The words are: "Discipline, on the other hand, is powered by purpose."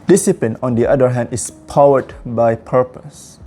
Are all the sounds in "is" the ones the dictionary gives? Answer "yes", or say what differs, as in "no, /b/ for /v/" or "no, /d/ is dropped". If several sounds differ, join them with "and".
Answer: no, /s/ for /z/